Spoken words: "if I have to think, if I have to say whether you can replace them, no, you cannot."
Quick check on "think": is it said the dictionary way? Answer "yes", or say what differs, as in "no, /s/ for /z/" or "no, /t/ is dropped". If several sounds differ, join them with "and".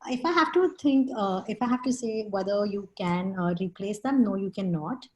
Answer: no, /t/ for /θ/